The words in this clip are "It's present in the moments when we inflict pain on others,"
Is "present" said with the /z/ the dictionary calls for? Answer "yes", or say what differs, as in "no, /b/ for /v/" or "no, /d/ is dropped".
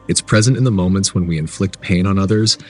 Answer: yes